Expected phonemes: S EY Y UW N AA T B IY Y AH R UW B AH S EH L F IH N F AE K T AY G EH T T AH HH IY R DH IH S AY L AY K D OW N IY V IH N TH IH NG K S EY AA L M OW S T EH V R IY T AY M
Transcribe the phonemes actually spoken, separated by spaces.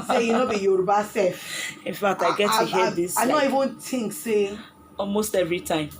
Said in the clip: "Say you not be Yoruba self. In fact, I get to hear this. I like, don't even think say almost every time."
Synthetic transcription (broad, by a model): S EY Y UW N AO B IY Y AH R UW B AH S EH F IH N F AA K T AY G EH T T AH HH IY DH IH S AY N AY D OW IY V IH N T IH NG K S EY AA L M OW S T EH V R IY T AY M